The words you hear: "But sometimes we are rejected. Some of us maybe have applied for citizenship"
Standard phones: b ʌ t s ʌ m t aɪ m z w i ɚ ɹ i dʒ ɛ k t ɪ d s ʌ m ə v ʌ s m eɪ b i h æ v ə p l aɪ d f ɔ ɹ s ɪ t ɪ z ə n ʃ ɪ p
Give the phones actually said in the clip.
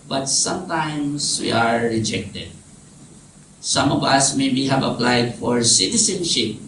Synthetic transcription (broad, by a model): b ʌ t s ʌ m t aɪ m s w i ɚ ɹ i dʒ ɛ k t ɪ d s ʌ m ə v ʌ s m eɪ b i h æ v ə p l aɪ d f ɔ ɹ s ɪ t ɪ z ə n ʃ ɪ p